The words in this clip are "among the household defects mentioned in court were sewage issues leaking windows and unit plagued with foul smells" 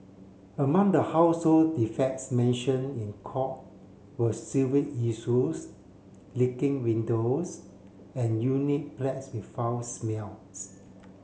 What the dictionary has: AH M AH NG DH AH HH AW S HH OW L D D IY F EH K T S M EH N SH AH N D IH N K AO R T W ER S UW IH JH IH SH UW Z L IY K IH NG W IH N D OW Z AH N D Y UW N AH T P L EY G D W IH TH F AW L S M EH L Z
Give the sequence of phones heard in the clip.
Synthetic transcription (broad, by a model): AH M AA NG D AH HH AW S HH OW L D D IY F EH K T S M EH N SH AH N IH N K AO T W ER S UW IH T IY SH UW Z L IY K IH NG W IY N D OW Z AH N Y UW N AH T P L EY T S W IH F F AW S M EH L S